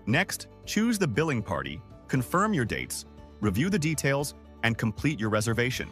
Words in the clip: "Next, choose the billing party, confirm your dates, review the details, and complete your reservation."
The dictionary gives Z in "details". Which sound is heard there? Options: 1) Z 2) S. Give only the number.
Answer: 1